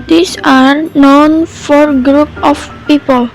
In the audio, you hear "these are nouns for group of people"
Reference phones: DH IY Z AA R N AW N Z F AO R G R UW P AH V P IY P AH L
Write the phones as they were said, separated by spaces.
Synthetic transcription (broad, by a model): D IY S AA R N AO N F AO R G R UW P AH F P IY P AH L